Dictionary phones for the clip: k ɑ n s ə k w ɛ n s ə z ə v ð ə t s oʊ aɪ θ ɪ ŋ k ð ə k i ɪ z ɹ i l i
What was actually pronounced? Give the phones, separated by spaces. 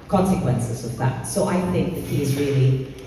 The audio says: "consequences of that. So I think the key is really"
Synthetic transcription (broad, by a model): k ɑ n s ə k w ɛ n s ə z ə v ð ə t s oʊ aɪ θ ɪ ŋ k ð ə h i ɪ z ɹ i l i